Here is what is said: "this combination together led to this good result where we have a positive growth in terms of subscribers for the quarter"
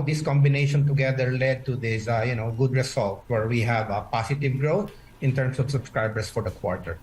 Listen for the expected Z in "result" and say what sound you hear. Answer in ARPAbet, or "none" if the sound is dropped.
S